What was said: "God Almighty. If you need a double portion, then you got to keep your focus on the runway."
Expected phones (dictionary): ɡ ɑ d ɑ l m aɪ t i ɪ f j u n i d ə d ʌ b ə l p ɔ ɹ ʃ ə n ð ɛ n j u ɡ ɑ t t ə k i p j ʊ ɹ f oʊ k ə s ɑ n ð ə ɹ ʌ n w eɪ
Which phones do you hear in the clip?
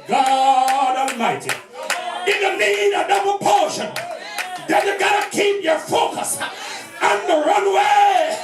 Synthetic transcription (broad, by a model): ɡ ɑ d ɑ l m aɪ t i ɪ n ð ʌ l i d ə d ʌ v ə p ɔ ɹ ʃ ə n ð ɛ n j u ɡ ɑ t t ə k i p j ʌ ɹ f oʊ k ə s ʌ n ð ə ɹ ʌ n w eɪ